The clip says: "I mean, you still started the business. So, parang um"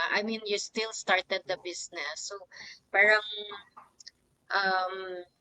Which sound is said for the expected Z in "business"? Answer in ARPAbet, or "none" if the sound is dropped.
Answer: S